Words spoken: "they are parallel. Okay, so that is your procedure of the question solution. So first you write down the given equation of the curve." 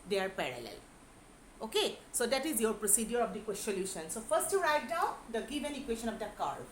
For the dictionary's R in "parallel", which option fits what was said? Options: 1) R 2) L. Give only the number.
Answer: 1